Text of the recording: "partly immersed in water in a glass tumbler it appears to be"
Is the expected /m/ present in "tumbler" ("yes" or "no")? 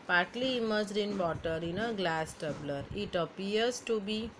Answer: no